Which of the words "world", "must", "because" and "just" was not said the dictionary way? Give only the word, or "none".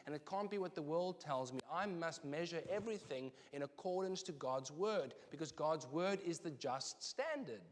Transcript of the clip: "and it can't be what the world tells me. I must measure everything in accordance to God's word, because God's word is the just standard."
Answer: none